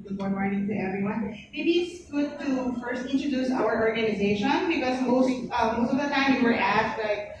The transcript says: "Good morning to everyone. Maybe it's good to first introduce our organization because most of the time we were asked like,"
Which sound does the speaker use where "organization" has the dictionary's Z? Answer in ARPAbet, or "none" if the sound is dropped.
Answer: Z